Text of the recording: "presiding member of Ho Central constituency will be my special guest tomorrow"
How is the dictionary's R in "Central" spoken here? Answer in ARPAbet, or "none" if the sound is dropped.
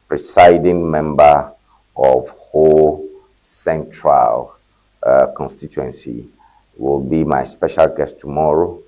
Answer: R